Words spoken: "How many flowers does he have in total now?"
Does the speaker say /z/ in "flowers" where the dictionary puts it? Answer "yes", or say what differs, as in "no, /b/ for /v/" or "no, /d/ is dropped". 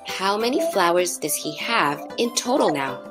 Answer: yes